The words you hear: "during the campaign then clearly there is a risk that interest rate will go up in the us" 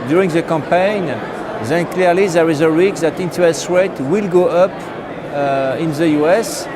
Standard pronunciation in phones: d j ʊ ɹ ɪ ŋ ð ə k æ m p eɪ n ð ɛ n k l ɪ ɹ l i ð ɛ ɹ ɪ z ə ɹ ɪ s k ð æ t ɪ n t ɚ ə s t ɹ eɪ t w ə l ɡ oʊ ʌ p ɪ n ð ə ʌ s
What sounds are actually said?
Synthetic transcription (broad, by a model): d j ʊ ɹ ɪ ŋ ð ə k æ m p eɪ n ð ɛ n k l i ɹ l i ð ɛ ɹ ɪ z ə ɹ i k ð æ t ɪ n t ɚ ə s t ɹ eɪ t w ə l ɡ oʊ ʌ p ɪ n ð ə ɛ s